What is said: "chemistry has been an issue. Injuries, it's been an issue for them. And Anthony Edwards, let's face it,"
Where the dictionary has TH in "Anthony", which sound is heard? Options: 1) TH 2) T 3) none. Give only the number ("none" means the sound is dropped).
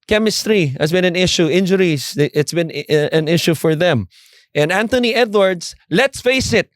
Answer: 2